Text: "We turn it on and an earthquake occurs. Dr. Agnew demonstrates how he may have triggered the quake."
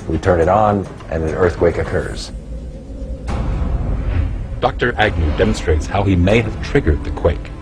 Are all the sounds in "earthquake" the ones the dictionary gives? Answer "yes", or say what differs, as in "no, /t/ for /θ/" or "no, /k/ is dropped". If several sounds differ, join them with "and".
yes